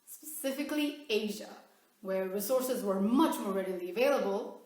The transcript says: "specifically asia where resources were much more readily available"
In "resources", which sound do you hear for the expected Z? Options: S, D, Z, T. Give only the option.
Z